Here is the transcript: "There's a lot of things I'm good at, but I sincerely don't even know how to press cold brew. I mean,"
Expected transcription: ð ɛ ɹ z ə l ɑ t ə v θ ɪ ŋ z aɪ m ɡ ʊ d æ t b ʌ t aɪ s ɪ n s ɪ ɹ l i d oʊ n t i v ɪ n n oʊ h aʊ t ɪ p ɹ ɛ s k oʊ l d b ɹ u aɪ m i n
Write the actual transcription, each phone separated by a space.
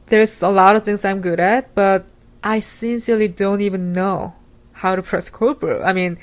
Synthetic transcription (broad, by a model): ð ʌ ɹ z ə l ɑ t ə v θ ɪ ŋ z aɪ m ɡ ʊ d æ t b ʌ t aɪ s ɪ n s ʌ ɹ l i d oʊ n t i v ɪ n n oʊ h aʊ t ɪ p ɹ ɛ s k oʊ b ɹ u aɪ m i n